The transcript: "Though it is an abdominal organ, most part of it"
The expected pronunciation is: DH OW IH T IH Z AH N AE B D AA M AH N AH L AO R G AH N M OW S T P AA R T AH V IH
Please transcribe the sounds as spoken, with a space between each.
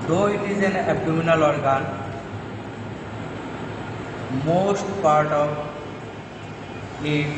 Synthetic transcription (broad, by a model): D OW IH T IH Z AH N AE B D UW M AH N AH L AO R G AH N M OW S T P AA R T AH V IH